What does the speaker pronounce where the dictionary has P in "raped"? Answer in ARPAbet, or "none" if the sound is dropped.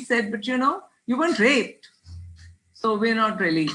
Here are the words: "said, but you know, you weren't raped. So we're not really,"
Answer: none